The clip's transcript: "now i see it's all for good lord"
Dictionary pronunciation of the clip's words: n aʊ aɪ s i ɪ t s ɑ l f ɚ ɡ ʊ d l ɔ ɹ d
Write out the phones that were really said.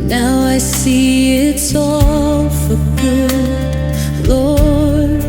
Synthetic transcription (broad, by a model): n aʊ aɪ s i ɪ t s ɑ l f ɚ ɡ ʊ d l ɔ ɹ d